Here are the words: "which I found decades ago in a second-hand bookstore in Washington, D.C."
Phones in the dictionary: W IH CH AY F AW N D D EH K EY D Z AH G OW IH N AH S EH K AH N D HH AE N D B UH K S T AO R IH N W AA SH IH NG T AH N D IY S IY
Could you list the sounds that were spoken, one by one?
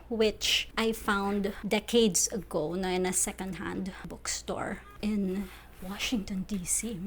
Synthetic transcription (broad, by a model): W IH CH AY F AW N D D EH K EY D S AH G OW IH N AH S EH K AH N D HH AE N D B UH K S T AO R IH N W AA SH IH NG T AH N D IY S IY